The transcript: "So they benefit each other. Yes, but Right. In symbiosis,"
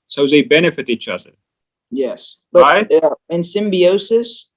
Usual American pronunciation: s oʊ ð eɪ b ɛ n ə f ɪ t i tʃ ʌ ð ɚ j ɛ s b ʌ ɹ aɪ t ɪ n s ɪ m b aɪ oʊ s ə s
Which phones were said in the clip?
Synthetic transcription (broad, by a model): s oʊ ð eɪ b ɛ n ə f ɪ t i tʃ ʌ ð ɚ j ɛ s b ʌ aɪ ɪ n s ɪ m b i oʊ s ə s